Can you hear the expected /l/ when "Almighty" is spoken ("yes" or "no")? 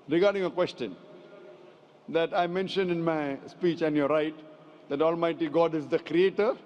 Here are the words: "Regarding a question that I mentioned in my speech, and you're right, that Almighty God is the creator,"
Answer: yes